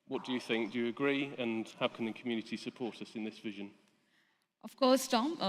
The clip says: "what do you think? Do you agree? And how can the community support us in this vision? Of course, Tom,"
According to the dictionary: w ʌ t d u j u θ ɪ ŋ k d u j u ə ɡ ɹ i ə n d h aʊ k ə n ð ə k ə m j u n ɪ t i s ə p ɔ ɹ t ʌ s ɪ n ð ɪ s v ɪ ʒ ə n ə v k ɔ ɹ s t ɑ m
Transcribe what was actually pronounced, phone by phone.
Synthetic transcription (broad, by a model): w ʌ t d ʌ j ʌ θ ɪ ŋ k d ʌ j ə ɡ ɹ i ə n h aʊ k ə n ð ə k ə m j u n ɪ t i s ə p ɔ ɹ t ʌ s ɪ n ð ɪ s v ɪ ʒ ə n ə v k ɔ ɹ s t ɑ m